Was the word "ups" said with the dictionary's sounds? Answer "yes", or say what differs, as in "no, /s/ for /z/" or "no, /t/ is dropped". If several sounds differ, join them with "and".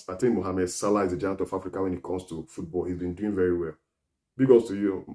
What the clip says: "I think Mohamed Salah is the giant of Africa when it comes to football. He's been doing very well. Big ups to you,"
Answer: no, /p/ is dropped